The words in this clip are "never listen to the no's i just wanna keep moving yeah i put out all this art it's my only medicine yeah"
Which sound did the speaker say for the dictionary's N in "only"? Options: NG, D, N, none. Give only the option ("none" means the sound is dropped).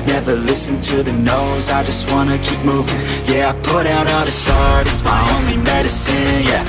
N